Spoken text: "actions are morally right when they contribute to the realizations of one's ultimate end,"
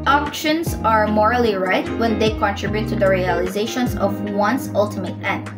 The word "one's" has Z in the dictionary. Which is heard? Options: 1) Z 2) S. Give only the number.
2